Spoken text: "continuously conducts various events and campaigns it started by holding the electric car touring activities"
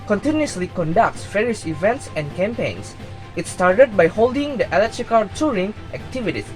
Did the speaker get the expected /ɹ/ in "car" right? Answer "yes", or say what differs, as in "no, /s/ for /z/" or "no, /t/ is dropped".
no, /l/ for /ɹ/